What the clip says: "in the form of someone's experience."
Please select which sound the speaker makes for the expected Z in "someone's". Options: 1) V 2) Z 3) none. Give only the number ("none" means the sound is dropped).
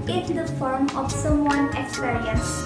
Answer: 3